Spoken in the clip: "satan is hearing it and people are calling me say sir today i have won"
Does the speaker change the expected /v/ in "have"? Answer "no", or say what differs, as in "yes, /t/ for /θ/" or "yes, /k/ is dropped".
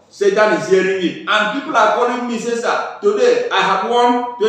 yes, /b/ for /v/